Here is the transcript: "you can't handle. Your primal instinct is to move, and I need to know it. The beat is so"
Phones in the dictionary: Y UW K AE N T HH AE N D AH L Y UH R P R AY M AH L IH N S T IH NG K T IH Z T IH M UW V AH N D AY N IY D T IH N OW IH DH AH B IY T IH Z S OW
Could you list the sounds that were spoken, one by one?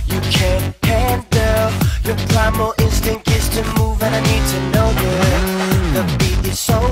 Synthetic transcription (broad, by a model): Y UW K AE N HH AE N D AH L Y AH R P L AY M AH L IH N S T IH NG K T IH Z T IH M UW V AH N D AY N IY D T IH N OW IH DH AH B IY IH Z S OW